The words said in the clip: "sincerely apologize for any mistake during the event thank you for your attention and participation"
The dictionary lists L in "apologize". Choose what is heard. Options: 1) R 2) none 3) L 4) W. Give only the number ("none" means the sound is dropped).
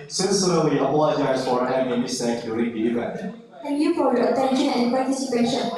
2